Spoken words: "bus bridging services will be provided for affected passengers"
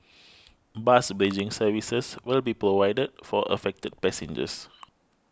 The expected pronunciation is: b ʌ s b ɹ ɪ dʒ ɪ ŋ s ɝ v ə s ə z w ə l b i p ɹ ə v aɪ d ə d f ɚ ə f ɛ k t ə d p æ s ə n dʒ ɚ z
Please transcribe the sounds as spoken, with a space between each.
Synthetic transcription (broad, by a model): b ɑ s b ɛ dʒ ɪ ŋ s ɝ v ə s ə s w ə l b i p ɹ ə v aɪ d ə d f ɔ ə f ɛ k t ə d p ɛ s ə n dʒ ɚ s